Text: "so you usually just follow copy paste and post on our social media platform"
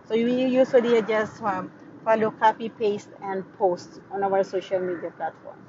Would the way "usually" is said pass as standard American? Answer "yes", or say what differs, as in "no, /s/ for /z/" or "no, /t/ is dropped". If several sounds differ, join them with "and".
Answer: no, /l/ is dropped